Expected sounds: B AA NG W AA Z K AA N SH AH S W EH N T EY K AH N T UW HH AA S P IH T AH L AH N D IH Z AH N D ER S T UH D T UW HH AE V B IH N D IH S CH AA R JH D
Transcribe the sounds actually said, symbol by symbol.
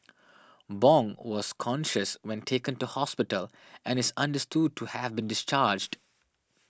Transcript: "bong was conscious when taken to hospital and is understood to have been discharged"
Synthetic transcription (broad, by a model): B AA NG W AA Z K AA N SH AH S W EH N T EY K AH N T UW HH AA S P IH T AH L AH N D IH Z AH N D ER S T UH D T UW HH AE V B IH N D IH S CH AA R JH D